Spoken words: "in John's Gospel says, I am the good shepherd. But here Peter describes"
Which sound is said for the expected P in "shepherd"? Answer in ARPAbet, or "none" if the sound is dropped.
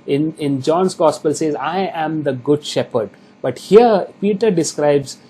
P